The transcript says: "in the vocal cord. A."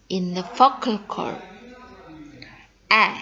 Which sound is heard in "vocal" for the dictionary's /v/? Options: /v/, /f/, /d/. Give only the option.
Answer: /f/